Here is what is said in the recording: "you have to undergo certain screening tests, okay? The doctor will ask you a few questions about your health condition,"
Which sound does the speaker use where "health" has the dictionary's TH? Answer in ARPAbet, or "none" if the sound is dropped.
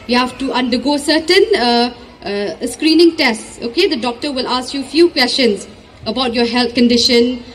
T